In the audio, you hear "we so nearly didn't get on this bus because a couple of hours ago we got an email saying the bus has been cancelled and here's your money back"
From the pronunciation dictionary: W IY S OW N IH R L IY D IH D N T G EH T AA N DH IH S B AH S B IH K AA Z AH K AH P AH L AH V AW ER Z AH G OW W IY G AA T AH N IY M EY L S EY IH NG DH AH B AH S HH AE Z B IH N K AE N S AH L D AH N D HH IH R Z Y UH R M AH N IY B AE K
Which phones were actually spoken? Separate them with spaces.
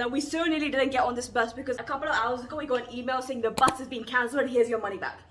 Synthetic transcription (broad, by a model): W IY S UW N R L IY D IH D N T G EH T N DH IH S B AH S B IH K AA Z AH K AH P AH L AH V AW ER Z AH G OW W IY G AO AH N IY M EY L S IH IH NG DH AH B AH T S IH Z B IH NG K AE N S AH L AH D HH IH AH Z Y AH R M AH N IY B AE K